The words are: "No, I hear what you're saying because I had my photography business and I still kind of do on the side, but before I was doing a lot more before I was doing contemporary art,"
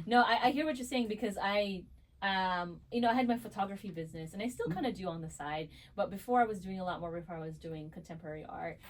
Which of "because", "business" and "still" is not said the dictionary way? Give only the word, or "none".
none